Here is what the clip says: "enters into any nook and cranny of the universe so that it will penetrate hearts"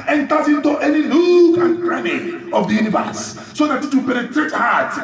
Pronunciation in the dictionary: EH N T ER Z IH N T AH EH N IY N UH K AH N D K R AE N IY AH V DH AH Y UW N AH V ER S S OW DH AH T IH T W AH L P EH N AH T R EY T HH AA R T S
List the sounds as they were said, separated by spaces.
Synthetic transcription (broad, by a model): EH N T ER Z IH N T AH EH N IY L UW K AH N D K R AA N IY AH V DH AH Y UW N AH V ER S S OW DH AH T IH T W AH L P EH N AH T R EY T HH AA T